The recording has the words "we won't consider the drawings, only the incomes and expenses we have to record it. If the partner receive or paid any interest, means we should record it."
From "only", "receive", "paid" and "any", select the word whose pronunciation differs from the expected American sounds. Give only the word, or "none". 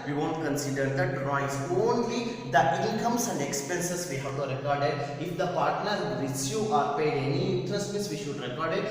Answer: receive